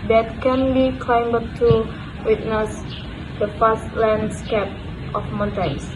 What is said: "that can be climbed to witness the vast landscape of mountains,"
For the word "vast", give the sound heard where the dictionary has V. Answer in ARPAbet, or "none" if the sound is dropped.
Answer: F